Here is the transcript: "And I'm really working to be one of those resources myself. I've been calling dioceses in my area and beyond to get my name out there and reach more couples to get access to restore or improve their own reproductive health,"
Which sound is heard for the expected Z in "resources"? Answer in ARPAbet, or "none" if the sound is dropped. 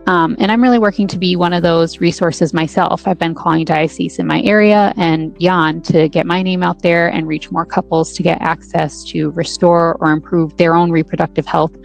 Z